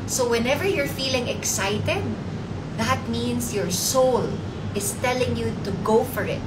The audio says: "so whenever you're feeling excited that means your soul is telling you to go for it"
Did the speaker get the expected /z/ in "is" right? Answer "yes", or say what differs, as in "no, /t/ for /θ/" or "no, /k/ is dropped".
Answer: no, /s/ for /z/